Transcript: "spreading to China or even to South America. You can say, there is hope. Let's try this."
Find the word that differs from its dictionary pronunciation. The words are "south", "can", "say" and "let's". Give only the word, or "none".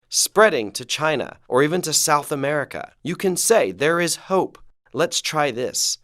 none